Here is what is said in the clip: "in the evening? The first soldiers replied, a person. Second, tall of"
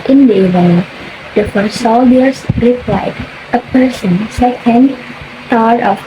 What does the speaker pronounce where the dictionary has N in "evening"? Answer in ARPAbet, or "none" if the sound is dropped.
none